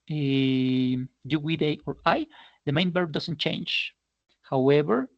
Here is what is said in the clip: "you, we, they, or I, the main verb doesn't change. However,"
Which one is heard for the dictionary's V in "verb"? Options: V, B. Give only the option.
B